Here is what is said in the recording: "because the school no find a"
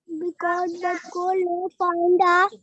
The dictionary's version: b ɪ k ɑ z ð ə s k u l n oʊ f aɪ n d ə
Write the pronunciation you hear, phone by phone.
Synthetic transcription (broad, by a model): b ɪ k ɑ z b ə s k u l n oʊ p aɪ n d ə